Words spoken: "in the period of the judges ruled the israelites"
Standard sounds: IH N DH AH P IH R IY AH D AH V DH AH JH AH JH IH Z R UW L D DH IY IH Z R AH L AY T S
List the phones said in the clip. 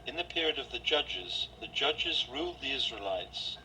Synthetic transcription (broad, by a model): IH N DH AH P IH R IY AH D AH V DH AH JH AH JH IH Z R UW L D DH IY IH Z R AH L AY T S